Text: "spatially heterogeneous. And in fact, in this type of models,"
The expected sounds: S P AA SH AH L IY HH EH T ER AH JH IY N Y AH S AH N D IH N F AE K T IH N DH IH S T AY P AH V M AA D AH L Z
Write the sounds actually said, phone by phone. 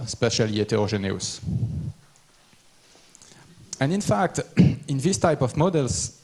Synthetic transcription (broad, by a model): S P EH SH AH L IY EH T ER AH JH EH N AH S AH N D IH N F AE K T IH N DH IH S T AY P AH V M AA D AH L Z